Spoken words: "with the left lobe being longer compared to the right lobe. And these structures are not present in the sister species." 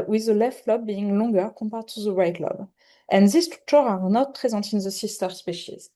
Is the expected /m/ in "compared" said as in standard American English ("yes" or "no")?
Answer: yes